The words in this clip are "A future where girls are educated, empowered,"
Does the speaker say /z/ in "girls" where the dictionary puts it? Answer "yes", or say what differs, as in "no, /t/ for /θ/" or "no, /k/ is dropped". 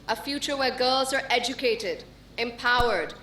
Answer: yes